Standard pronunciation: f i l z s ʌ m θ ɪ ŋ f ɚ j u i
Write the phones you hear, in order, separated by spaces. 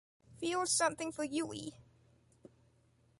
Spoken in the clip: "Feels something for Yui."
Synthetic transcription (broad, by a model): f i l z s ʌ m θ ɪ ŋ f ɚ j u i